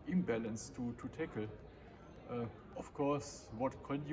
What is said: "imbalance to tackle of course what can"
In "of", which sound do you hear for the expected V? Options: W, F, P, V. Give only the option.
F